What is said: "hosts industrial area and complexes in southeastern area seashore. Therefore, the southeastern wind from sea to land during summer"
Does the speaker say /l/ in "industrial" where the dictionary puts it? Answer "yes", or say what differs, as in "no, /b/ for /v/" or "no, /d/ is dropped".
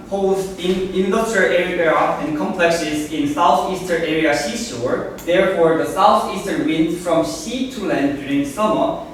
no, /w/ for /l/